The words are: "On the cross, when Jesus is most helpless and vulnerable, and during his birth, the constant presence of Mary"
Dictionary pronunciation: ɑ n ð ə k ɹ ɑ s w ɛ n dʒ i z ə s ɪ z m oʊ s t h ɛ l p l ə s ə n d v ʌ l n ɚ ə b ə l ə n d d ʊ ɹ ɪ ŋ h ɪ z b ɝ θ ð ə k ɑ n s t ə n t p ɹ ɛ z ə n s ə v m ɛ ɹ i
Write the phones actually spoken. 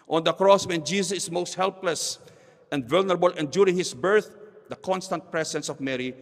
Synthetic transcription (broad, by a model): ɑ n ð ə k ɹ ɑ s w ɛ n dʒ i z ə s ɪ s m oʊ s t h ɛ l p l ə s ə n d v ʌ l n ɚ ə b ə l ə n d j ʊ ɹ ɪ ŋ h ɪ s b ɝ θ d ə k ɑ n s t ə n t p ɹ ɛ s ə n s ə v m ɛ ɹ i